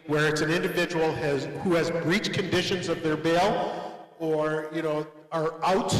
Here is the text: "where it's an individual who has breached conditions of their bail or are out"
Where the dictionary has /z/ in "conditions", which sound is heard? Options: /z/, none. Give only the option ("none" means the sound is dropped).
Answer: /z/